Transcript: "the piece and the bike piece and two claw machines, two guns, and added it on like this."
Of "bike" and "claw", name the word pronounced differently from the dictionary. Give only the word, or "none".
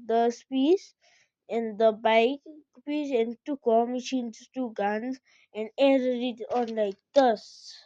claw